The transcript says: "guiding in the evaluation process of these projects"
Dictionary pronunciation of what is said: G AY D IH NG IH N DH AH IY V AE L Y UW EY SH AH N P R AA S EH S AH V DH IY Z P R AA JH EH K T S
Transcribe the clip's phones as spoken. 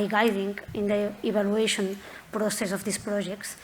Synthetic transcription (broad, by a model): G AY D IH NG IH N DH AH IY B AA L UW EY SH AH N P R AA S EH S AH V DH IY S P R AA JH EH K T S